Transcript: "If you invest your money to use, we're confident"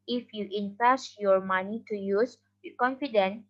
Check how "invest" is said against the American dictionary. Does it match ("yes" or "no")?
no